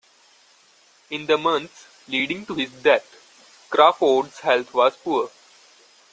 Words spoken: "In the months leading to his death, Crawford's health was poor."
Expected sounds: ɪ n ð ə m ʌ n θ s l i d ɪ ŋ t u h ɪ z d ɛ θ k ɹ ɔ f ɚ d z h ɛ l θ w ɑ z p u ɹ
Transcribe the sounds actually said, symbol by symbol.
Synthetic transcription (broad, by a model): ɪ n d ə m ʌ n t s l i d ɪ ŋ t u h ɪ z d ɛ t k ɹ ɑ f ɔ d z h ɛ l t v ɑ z p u ɹ